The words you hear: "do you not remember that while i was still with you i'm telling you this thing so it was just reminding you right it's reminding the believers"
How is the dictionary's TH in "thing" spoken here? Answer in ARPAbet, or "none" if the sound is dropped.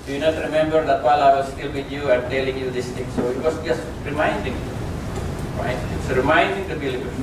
T